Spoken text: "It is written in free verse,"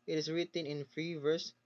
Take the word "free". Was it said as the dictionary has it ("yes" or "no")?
yes